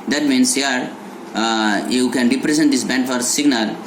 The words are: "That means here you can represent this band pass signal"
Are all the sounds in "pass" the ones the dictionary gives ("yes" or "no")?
no